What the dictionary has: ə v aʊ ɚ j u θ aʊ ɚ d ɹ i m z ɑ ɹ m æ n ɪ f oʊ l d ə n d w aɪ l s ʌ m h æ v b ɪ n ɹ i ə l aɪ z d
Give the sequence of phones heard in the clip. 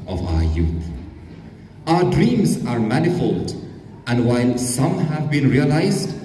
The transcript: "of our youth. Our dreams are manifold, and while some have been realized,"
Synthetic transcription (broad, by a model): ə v aʊ ɚ j u θ aʊ ɚ d ɹ i m z ɑ ɹ m æ n ɪ f oʊ l d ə n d w aɪ l s ʌ m h æ v b ɪ n ɹ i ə l aɪ z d